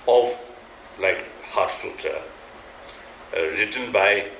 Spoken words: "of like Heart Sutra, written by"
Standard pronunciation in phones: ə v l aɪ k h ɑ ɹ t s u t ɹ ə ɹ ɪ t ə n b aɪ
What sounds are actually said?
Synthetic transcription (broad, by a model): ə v l aɪ k h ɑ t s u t ə ɹ ɪ t ə n b aɪ